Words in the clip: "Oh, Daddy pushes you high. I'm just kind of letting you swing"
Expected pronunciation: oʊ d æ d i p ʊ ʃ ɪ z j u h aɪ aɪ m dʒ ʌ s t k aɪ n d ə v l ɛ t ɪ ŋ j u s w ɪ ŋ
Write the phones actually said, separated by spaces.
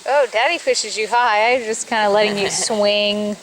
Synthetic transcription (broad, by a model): oʊ d æ d i f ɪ ʃ ɪ z j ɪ h aɪ aɪ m dʒ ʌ s k aɪ n d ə l ɛ t ɪ ŋ j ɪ s w ɪ ŋ